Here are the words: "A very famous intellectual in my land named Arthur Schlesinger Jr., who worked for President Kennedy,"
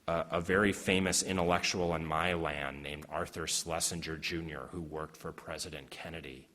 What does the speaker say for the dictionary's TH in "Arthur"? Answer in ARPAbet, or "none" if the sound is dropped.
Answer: TH